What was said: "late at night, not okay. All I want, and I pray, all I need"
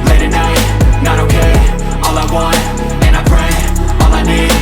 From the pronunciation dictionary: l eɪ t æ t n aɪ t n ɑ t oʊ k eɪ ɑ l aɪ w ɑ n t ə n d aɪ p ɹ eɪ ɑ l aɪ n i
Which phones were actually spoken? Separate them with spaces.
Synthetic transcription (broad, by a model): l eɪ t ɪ n aɪ t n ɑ t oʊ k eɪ ɑ l aɪ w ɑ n ə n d aɪ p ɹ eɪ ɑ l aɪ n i